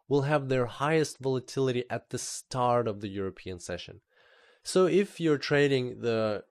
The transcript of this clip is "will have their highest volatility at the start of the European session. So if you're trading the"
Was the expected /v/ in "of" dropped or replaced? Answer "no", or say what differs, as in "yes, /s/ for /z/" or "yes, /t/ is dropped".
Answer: no